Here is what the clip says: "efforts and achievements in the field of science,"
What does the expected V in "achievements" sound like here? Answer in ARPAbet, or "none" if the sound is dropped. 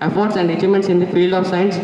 none